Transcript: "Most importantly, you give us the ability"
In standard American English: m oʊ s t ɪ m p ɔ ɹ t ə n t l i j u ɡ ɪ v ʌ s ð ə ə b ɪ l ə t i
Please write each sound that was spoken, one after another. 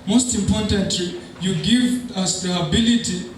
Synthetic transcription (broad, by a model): m oʊ s t ɪ m p ɔ ɹ t ə n t l i j u ɡ ɪ v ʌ s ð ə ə b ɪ l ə t i